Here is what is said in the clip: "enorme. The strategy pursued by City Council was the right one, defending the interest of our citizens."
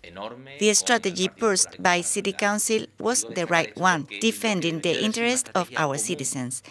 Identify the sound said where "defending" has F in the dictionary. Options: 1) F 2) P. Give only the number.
1